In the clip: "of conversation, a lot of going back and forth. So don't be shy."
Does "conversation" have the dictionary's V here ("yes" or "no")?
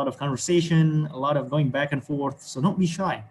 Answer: yes